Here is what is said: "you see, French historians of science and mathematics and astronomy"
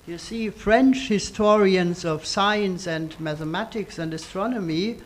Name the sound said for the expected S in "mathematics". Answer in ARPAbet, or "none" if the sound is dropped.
S